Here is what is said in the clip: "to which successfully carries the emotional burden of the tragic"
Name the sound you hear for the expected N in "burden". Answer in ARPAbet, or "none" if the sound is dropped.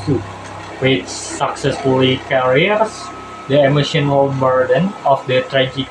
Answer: N